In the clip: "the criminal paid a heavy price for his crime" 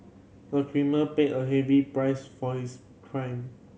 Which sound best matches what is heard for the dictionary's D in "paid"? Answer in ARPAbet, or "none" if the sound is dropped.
none